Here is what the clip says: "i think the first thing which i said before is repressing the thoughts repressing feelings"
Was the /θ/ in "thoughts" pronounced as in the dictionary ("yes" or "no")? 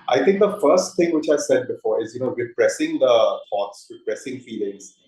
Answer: no